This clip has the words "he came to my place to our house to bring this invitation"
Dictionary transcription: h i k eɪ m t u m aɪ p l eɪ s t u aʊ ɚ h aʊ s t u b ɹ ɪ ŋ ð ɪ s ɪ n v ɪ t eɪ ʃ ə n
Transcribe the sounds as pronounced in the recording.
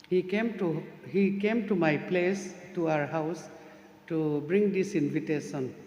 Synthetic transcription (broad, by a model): h i k eɪ m t u m aɪ p l eɪ s t u aʊ ɚ h aʊ s t u b ɹ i ŋ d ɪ s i n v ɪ t eɪ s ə n